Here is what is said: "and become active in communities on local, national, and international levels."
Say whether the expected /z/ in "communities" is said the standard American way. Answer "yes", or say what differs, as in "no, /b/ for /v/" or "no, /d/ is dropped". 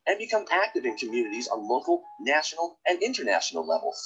yes